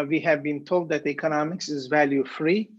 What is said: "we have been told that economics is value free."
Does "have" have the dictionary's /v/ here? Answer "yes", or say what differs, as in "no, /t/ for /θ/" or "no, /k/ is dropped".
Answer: yes